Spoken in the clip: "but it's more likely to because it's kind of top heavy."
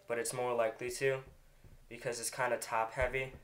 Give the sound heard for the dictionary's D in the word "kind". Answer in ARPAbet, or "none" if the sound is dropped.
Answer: D